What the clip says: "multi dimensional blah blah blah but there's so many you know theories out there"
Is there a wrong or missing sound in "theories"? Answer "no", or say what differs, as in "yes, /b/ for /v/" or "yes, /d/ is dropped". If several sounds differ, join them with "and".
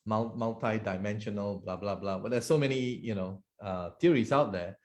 yes, /t/ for /θ/